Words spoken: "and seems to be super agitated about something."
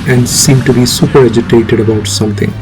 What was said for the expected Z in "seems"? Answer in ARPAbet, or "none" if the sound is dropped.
none